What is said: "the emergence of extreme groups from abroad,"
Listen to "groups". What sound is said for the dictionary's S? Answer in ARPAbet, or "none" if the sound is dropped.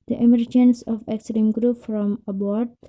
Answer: none